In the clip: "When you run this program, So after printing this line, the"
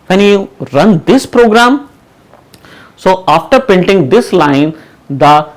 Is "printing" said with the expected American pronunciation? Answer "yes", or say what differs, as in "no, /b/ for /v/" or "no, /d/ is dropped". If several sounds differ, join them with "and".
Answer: no, /ɹ/ is dropped